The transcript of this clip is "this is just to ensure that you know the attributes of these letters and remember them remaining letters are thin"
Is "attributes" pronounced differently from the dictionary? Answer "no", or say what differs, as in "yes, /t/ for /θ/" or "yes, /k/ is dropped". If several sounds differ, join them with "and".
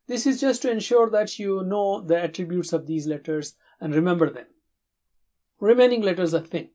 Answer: no